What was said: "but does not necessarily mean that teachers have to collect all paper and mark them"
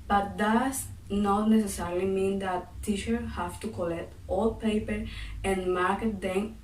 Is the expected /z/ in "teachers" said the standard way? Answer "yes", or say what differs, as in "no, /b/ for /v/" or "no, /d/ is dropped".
no, /z/ is dropped